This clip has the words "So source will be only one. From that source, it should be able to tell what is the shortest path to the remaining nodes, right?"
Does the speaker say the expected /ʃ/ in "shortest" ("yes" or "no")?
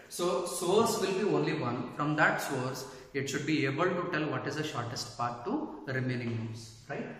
yes